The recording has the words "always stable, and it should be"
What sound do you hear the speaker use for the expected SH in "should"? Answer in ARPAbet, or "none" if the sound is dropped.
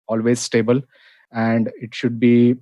SH